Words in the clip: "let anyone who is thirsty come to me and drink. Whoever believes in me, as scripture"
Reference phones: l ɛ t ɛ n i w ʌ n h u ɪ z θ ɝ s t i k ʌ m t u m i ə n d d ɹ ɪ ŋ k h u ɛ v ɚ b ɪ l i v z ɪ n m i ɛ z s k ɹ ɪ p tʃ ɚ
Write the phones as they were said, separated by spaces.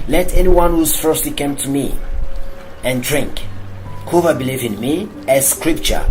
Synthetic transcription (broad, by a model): l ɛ t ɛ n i w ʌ n h u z f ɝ s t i k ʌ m t u m i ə n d d ɹ ɪ ŋ k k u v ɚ b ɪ l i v ɪ n m i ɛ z s k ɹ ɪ p tʃ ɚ